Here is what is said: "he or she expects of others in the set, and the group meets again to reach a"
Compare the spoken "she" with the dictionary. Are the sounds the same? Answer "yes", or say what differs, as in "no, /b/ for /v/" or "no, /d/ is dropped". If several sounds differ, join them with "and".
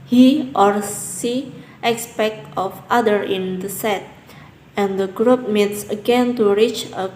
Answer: no, /s/ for /ʃ/